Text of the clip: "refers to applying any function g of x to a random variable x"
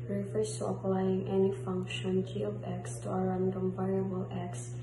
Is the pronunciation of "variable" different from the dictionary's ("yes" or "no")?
yes